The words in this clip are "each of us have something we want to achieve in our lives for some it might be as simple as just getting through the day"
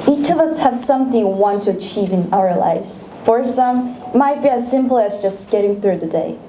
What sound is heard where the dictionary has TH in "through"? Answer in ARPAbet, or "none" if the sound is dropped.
TH